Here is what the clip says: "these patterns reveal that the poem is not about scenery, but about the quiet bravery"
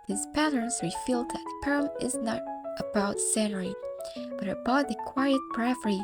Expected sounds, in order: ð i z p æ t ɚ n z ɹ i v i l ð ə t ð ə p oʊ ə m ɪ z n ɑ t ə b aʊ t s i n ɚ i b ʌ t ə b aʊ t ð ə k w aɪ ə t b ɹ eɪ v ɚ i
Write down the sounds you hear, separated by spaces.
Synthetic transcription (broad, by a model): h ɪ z p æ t ɚ n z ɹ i f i l ð ə t ð ə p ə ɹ ɪ z n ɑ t ə b aʊ t s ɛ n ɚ i b ʌ t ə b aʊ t ð ə k w aɪ ə t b ɹ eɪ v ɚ i